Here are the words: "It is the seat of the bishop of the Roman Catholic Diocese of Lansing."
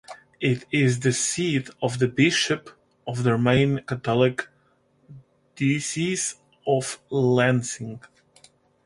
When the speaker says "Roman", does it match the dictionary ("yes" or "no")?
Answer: no